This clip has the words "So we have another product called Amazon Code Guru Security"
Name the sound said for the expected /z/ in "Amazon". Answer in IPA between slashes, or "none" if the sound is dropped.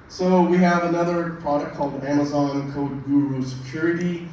/z/